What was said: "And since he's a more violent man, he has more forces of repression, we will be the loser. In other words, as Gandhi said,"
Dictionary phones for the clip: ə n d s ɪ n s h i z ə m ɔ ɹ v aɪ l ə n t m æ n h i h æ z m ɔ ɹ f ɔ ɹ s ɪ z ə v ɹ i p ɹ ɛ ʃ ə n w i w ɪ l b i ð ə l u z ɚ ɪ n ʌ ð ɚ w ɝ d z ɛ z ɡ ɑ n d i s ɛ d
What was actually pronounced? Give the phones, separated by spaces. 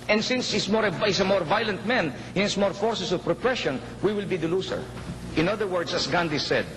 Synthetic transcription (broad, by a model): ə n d s ɪ n s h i s ə m ɔ ɹ v aɪ l ə n t m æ n h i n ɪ s m ɔ ɹ f ɔ ɹ s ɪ s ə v ɹ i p ɹ ɛ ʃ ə n w i w ɪ l b i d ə l u s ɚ ɪ n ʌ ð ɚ w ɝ d s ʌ s ɡ ɑ n d i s ɛ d